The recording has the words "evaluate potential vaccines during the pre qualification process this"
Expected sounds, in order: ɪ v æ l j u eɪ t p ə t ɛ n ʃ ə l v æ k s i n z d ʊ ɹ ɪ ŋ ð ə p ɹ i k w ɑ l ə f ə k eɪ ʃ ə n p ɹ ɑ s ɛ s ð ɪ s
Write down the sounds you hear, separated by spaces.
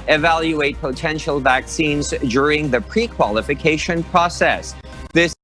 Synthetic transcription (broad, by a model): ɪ v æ l j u eɪ t p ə t ɛ n ʃ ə l v æ k s i n z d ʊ ɹ ɪ ŋ ð ə p ɹ i k w ɑ l ə f ə k eɪ ʃ ə n p ɹ ɑ s ɛ s ð ɪ s